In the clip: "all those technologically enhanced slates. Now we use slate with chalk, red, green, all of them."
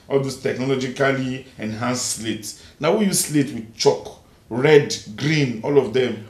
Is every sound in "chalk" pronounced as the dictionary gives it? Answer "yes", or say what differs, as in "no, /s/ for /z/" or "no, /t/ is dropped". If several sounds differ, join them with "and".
yes